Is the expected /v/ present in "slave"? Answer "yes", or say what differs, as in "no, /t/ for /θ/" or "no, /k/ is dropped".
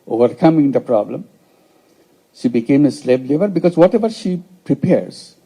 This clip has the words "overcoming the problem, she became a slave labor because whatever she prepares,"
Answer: no, /b/ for /v/